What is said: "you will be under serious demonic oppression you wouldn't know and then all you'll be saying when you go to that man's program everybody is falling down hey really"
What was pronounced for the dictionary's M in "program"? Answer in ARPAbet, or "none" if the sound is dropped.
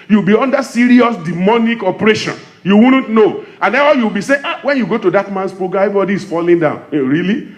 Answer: none